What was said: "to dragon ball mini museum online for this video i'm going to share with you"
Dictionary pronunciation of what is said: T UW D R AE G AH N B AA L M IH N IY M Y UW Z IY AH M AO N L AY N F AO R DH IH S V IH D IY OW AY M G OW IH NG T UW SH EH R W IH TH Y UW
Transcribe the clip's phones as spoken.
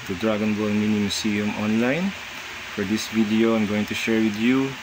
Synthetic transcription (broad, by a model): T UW D R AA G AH N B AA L M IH N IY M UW S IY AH M AO N L AY N F AO R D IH S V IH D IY OW AY M G OW IH NG T UW SH EH R W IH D Y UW